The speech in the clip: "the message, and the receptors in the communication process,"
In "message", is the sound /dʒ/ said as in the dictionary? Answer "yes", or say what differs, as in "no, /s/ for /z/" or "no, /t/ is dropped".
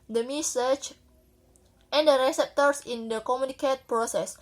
no, /tʃ/ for /dʒ/